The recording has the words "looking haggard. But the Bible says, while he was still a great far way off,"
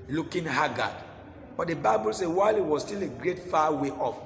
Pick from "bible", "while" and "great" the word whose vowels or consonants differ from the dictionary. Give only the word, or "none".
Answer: none